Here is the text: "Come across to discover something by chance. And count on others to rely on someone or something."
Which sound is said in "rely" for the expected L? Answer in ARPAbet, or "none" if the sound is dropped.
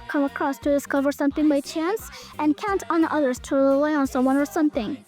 L